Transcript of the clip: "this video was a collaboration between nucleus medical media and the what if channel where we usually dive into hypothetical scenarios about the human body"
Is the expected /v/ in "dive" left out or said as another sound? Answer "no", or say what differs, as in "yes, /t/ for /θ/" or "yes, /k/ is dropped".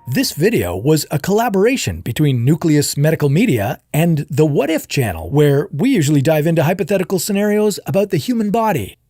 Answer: no